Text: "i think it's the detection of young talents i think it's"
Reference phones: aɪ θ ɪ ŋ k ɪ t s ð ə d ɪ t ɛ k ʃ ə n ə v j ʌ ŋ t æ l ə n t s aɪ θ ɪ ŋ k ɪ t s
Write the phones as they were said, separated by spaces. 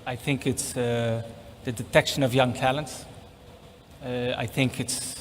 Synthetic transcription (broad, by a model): aɪ θ ɪ ŋ k ɪ t s ð ə d ɪ t ɛ k ʃ ə n ə v j ʌ ŋ t æ l ə n t s aɪ θ ɪ ŋ k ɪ t s